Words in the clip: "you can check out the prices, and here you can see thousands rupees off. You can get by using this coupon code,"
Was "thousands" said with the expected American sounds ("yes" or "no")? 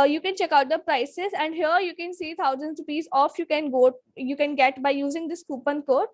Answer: no